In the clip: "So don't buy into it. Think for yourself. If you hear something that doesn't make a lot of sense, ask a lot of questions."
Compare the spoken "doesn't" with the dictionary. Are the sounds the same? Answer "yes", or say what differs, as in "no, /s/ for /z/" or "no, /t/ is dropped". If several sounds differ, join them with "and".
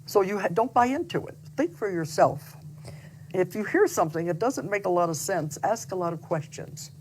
yes